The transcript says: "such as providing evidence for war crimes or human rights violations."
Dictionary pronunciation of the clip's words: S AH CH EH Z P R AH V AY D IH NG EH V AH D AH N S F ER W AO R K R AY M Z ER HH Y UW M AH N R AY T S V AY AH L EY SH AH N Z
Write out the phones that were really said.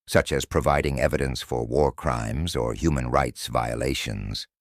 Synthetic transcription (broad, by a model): S AH CH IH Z P R AH V AY D IH NG EH V AH D AH N S F ER W AO R K R AY M Z ER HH Y UW M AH N R AY T S V AY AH L EY SH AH N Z